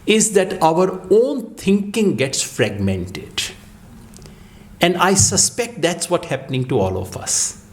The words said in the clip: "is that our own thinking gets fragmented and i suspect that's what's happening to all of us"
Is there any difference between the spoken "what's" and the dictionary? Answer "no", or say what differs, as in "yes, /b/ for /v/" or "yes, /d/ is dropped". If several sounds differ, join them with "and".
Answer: yes, /s/ is dropped